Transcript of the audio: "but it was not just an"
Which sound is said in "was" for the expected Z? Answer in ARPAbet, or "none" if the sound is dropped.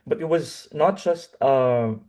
Z